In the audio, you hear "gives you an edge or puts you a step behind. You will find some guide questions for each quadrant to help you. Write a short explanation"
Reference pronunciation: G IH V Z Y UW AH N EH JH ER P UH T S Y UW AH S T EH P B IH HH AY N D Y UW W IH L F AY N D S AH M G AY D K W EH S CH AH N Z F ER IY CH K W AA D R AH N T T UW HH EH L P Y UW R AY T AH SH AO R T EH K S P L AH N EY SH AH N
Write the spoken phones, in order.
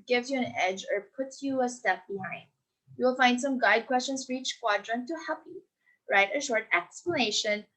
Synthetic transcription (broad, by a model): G IH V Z Y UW AH N EH JH ER P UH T Y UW AH S T EH P B IH HH AY N D Y UW W IH L F AY N D S AH M G AY D K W EH S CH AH N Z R IY CH K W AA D R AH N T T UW HH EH P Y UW R AY T AH SH AO R T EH K S P L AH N EY SH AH N